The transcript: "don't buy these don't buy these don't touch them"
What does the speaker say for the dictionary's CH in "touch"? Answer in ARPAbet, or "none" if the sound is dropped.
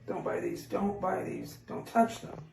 CH